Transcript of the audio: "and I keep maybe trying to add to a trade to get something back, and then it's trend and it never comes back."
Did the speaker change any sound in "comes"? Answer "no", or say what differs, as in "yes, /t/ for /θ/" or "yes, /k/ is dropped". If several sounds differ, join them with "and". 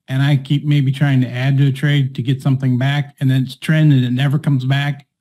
no